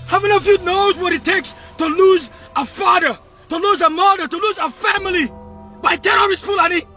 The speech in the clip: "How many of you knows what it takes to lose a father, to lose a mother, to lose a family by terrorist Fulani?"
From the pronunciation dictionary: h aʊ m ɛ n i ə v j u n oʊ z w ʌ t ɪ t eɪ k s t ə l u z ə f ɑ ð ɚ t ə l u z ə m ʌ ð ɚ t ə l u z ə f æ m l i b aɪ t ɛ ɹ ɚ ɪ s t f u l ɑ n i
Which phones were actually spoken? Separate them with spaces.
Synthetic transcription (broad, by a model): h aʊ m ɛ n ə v j u n oʊ z w ʌ t ɪ t eɪ k s t ə l u z ə f ɑ ð ɚ t ə l u z ə m ʌ ð ɚ t ə l u z ə f æ m l i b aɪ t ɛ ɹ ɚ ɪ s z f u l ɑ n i